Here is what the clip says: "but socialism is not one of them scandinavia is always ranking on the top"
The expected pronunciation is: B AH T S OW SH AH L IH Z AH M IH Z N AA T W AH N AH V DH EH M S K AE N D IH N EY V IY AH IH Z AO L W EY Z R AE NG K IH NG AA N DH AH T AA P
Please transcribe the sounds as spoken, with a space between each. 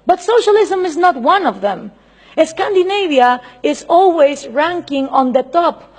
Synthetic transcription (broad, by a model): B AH T S OW SH AH L IH Z AH M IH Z N AA T W AH N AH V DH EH M S K AE N D IH N EY V IY AH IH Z AO L W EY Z R AE NG K IH NG AA N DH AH T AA P